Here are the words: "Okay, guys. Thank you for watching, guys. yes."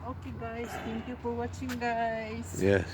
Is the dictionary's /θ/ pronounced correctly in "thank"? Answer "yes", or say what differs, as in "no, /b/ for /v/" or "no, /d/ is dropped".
no, /t/ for /θ/